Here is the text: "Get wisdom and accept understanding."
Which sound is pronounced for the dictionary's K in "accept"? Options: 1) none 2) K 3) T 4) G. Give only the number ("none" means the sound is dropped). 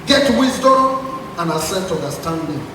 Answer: 1